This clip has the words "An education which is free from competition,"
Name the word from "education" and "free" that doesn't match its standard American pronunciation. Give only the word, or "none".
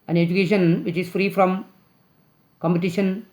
none